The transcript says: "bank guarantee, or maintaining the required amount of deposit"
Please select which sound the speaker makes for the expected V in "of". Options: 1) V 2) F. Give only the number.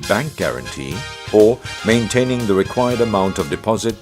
1